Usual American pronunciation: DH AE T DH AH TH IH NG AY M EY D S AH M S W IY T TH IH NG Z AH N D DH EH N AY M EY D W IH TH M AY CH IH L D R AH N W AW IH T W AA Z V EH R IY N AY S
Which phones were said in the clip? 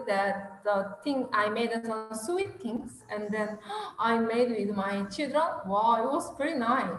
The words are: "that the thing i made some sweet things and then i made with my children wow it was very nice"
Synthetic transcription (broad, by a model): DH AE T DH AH T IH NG AY M EY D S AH S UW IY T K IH NG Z AH N D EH N AY M EY D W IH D M AY CH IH L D R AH N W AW IH T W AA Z P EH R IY N AY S